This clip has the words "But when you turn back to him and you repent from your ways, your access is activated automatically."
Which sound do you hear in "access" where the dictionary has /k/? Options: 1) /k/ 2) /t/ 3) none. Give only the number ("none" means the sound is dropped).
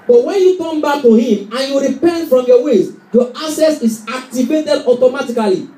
3